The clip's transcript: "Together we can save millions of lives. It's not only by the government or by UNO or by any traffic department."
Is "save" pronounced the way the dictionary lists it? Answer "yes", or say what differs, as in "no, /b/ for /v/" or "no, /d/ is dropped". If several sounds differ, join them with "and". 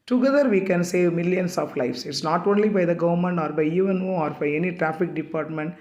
yes